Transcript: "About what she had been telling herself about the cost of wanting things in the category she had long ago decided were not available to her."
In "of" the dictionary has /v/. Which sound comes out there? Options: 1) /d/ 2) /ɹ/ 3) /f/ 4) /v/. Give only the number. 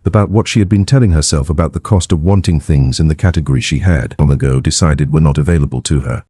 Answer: 4